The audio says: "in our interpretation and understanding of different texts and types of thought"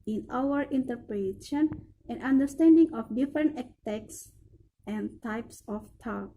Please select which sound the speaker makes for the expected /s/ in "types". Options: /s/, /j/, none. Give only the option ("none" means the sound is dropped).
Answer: /s/